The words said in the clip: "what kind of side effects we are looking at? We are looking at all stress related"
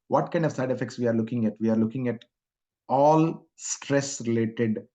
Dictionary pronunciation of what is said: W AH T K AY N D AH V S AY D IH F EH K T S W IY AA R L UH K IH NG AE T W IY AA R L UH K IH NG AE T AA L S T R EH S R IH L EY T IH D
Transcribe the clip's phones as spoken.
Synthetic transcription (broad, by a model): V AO T K AY N D AH V S AY D IH F EH K T S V IY AA R L UH K IH NG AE T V IY AA R L UH K IH NG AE T AA L S T R EH S R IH L EY T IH D